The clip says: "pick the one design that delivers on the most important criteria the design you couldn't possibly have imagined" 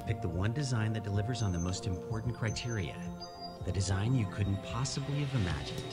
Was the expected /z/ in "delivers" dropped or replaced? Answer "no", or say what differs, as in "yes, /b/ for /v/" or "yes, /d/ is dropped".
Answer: no